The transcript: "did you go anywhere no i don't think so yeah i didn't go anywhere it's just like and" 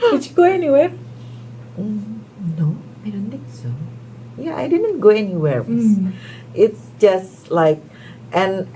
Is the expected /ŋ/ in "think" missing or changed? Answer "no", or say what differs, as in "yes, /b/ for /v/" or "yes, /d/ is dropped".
yes, /ŋ/ is dropped